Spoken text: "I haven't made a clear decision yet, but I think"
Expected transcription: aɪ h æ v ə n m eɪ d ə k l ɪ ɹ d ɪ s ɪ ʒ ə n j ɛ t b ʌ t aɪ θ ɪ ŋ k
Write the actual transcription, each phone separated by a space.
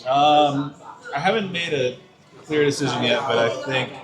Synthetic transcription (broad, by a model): aɪ h æ v ə n m eɪ d ə k l ɪ ɹ d ɪ s ɪ ʒ ə n j ɛ t b ʌ t aɪ θ ɪ ŋ k